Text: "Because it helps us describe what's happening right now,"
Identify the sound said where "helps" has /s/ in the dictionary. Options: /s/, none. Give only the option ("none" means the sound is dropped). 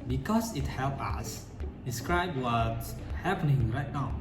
none